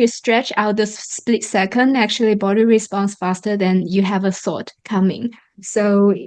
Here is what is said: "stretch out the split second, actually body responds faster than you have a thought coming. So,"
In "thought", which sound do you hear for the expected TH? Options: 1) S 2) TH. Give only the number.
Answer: 1